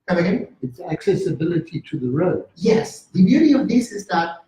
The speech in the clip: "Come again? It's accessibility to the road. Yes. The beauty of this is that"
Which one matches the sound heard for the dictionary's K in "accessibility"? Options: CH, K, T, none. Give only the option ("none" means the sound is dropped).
K